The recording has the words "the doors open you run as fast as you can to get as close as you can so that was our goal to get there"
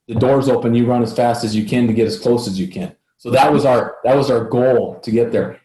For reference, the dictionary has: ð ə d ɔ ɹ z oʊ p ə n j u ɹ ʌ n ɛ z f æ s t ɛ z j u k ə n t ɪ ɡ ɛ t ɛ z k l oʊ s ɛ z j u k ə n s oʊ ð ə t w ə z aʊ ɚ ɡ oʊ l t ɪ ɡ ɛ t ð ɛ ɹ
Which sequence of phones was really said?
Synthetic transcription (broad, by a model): ð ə d ɔ ɹ z oʊ p ə n j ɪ ɹ ʌ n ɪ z f æ s t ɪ z j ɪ k ə n t ɪ ɡ ɛ t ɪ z k l oʊ s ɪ z j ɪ k ə n s oʊ ð ə t w ə z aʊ ɚ ɡ oʊ l t ɪ ɡ ɛ t ð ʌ ɹ